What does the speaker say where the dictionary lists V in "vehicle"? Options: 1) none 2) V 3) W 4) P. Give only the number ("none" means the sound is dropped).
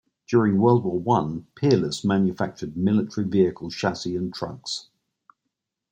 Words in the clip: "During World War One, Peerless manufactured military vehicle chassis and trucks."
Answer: 2